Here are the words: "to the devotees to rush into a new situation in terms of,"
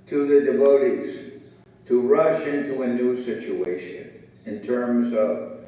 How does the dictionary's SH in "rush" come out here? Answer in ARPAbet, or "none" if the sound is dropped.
SH